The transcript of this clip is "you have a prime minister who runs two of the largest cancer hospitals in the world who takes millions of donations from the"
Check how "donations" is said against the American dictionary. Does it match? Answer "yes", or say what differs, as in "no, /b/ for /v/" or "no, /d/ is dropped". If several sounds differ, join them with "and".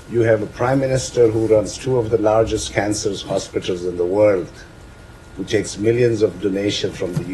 no, /z/ is dropped